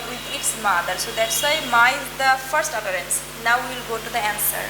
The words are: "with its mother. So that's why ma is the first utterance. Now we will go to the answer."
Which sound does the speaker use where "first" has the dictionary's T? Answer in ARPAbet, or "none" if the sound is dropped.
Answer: T